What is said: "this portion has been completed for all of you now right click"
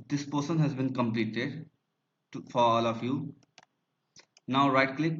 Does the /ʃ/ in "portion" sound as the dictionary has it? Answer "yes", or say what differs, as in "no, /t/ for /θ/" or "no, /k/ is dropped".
no, /s/ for /ʃ/